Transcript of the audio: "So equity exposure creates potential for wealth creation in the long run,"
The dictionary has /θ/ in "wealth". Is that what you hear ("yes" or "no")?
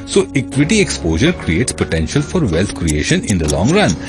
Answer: no